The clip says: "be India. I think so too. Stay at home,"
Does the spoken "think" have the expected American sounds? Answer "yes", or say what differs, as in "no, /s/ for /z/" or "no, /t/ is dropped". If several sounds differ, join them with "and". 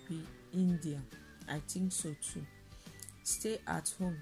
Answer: no, /t/ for /θ/